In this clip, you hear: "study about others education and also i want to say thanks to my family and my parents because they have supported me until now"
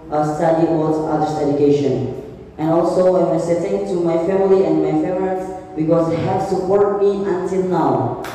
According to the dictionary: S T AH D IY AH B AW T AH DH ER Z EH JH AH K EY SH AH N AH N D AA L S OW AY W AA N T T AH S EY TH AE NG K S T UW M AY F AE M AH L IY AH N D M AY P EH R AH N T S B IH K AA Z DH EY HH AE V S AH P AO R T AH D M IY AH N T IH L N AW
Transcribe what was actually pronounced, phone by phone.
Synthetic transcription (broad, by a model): S T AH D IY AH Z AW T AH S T EH JH AH K EY SH AH N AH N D AA L S OW AY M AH S EY T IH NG T UW M AY F AE M AH L IY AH N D M AY F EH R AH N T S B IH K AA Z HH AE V S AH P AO R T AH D M IY AH N T IH L N AW